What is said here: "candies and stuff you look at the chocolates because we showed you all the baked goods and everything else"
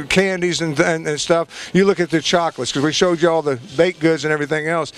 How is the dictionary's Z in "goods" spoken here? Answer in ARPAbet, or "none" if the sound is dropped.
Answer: Z